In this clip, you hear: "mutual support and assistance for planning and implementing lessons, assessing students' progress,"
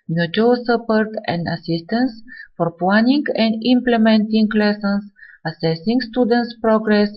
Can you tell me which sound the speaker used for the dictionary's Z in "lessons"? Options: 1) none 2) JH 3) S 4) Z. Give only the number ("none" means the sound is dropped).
3